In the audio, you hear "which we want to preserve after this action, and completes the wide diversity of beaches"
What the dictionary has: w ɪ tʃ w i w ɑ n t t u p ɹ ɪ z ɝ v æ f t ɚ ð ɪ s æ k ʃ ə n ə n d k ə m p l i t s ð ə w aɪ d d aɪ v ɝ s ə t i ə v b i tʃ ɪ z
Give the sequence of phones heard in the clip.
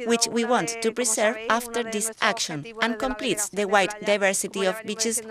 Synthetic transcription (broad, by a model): w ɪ tʃ w i w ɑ n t t u p ɹ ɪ s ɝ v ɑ f t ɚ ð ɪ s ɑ k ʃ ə n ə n k ə m p l i t s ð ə w aɪ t d aɪ v ɝ s ə t i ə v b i tʃ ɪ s